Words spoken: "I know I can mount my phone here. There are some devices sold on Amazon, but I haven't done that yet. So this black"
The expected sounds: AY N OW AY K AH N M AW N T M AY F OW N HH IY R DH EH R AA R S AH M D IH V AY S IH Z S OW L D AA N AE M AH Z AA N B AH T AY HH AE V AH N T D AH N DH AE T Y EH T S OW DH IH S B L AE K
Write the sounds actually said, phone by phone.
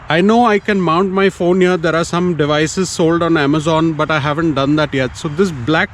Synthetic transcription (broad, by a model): AY N OW AY K AH N M AW N T M AY F OW N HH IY R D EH R AA R S AH M D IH V AY S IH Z S OW L D AA N AE M AH Z AA N B AH T AY HH AE V AH N T D AH N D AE T Y EH T S OW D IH S B L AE K